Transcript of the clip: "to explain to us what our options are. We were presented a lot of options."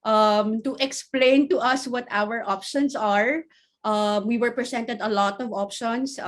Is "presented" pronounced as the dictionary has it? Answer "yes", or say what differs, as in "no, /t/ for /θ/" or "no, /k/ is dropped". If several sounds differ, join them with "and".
no, /s/ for /z/